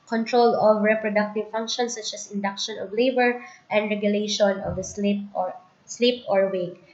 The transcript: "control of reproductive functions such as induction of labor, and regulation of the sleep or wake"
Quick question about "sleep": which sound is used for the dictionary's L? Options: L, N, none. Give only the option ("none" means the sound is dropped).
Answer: L